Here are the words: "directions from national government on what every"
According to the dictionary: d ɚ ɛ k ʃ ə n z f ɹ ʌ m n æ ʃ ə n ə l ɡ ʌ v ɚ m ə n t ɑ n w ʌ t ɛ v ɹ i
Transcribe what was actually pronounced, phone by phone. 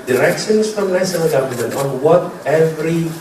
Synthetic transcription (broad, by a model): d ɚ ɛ k ʃ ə n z f ɹ ʌ m l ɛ s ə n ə ɡ ʌ v ɚ m ə n t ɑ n w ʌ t ɛ v ɹ i